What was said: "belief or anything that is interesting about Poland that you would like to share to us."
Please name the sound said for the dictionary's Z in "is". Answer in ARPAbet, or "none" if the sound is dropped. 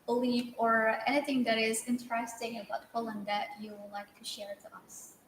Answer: Z